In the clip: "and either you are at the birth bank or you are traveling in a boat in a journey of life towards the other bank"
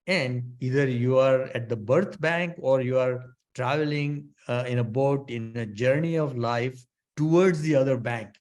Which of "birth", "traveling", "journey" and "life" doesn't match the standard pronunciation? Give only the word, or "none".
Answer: birth